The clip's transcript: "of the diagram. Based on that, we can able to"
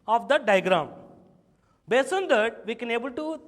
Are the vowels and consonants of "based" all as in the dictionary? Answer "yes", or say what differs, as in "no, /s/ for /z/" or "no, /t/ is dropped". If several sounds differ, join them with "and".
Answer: no, /t/ is dropped